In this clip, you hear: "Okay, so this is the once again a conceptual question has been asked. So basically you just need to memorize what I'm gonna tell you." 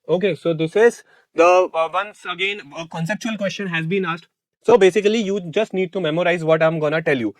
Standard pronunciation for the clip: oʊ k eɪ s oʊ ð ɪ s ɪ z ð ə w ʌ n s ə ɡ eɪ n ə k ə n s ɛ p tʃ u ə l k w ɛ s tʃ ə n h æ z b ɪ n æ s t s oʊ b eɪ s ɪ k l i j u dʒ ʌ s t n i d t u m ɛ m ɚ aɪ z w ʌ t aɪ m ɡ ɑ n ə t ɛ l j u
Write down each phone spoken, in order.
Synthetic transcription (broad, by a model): oʊ k eɪ s oʊ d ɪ s ɪ z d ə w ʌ n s ə ɡ eɪ n ə k ə n s ɛ p tʃ u ə l k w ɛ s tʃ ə n h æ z b ɪ n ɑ s t s oʊ b eɪ s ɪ k l i j u dʒ ʌ s t n i d t u m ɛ m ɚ aɪ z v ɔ t aɪ m ɡ ɑ n ə t ɛ l j u